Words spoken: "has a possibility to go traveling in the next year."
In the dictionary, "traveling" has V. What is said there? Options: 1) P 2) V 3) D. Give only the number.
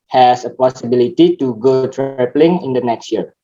1